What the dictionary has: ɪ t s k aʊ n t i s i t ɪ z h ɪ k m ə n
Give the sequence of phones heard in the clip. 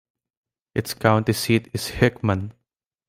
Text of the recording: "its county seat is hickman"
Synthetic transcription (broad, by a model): ɪ t s k aʊ n t i s i t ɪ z h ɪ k m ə n